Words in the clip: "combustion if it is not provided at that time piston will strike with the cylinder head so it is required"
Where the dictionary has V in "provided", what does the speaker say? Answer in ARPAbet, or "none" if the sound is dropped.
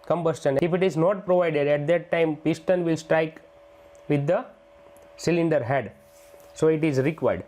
V